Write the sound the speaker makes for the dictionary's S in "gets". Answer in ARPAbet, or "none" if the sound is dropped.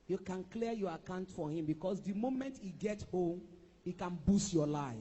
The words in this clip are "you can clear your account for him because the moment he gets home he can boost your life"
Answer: none